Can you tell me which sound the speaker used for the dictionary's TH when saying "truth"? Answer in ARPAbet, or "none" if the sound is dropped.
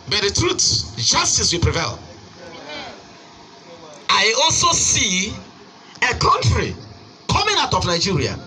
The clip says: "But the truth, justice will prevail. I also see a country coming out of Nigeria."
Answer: S